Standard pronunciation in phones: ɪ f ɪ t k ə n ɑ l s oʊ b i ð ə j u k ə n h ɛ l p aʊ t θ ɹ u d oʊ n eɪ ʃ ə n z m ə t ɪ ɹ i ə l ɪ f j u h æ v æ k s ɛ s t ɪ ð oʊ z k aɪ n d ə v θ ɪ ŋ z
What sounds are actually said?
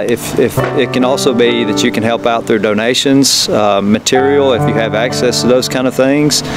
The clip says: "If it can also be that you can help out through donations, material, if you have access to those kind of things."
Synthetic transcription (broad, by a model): ɪ f ɪ t k ə n ɑ l s oʊ b i ð ə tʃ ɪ k ə n h ɛ l p aʊ t θ ɹ u d oʊ n eɪ ʃ ə n z m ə t ɪ ɹ i l ɪ f j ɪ v æ k s ɛ s t ɪ ð oʊ z k aɪ n d ə v θ ɪ ŋ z